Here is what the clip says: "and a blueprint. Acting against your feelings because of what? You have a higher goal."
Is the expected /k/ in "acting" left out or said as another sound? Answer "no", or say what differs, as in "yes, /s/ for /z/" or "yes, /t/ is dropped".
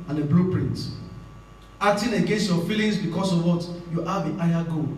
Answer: yes, /k/ is dropped